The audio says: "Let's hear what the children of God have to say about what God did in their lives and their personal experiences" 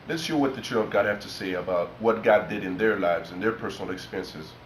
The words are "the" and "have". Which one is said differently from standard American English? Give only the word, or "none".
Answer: have